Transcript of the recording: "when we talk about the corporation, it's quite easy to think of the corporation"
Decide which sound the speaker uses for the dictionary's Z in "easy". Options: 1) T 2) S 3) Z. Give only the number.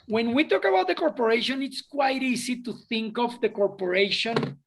2